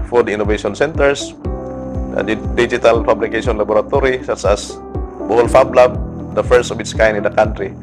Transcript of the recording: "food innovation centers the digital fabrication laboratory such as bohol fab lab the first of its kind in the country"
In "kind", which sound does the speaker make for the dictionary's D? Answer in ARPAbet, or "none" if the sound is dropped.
none